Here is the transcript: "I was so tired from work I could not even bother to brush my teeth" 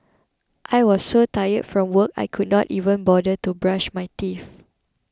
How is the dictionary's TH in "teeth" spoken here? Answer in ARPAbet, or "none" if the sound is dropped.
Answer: F